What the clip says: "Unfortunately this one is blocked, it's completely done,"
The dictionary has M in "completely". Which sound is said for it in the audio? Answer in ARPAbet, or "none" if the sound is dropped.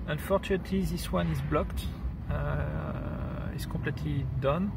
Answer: none